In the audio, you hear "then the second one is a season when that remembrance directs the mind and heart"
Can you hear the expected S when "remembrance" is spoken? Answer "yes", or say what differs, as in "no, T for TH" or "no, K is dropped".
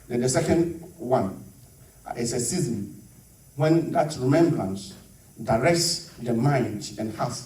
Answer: yes